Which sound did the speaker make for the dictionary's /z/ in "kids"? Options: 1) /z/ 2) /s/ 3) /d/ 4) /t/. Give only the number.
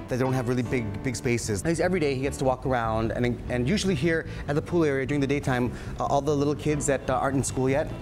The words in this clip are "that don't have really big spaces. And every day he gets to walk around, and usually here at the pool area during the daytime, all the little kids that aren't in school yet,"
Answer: 1